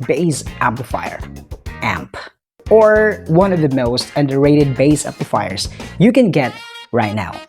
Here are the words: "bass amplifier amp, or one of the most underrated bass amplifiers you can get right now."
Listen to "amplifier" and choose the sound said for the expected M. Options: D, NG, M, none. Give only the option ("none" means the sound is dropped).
none